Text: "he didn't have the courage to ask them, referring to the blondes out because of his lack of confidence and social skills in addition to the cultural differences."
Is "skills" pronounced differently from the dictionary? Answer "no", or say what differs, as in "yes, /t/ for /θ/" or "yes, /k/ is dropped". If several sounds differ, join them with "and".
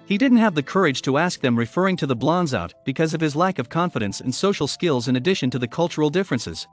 no